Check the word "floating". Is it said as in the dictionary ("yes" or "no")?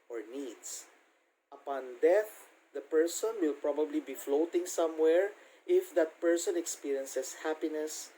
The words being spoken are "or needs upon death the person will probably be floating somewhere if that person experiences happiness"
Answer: yes